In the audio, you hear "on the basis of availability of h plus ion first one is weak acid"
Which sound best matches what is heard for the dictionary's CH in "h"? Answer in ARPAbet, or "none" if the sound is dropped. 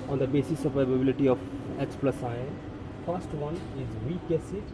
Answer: S